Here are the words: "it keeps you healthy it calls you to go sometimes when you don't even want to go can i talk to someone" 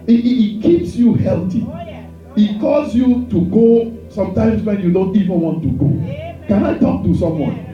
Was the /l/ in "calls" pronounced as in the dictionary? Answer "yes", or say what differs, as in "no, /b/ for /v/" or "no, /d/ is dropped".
no, /l/ is dropped